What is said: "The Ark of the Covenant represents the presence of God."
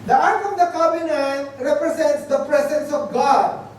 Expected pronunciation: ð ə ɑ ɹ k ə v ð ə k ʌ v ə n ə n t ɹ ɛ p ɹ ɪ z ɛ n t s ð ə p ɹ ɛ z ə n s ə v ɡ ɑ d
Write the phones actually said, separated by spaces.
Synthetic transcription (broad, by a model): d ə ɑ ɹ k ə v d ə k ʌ b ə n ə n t ɹ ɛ p ɹ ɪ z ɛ n t s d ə p ɹ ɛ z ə n s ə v ɡ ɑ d